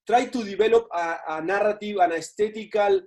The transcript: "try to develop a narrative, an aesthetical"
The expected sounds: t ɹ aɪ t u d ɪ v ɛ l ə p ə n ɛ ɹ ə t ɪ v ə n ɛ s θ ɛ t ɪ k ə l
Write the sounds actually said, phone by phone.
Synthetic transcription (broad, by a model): t ɹ aɪ t u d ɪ b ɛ l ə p ə n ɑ ɹ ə t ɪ w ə n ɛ s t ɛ t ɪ k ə l